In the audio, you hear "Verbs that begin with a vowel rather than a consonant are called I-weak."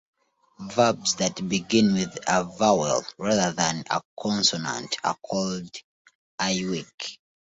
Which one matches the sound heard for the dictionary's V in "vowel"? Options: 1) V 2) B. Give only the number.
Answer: 1